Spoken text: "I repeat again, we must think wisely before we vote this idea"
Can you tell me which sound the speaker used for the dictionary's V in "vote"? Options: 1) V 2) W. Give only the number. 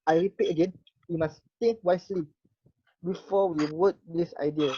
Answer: 2